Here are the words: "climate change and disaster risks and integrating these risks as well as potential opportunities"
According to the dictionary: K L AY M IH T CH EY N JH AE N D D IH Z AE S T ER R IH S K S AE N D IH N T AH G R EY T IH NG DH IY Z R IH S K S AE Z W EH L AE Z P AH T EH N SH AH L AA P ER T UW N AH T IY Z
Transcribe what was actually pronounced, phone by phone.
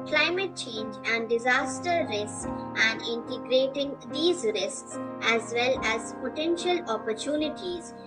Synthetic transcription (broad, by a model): K L AY M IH T CH EY N JH AE N D D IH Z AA S T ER R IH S S AE N D IH N T AH G R EY T IH NG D IY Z R IH S K S AE Z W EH L AE Z P AH T EH N SH AH L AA P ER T UW N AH T IY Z